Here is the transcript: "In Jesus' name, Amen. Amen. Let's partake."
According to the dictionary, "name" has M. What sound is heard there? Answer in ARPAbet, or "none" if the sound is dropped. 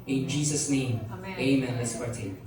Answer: none